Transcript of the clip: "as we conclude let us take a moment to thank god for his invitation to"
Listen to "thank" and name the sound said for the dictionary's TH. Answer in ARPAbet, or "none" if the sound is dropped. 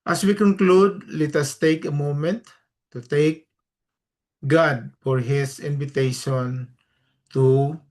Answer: T